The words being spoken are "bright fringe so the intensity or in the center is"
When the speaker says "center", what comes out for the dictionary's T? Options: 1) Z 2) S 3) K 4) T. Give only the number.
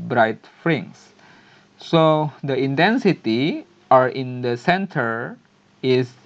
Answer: 4